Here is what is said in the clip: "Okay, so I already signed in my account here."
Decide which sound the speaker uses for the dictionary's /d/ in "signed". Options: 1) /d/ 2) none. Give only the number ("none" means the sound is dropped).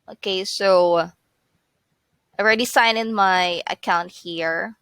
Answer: 2